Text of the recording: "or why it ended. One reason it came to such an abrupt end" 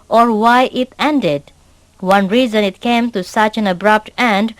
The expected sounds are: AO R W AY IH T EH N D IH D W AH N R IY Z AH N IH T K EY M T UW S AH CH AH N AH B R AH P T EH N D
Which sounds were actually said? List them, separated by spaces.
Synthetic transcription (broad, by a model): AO R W AY IH T EH N D IH D W AH N R IY Z AH N IH T K EY M T UW S AH CH AH N AH B R AH P T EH N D